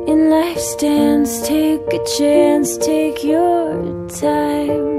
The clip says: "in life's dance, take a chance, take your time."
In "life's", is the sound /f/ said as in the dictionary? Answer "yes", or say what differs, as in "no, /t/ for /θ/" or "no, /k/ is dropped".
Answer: yes